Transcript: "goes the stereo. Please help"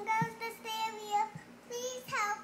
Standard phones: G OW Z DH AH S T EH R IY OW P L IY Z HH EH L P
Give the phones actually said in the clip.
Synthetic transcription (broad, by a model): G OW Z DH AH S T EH L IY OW P L IY Z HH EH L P